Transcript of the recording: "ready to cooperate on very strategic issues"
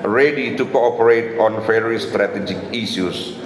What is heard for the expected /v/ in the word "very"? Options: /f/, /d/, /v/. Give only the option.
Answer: /f/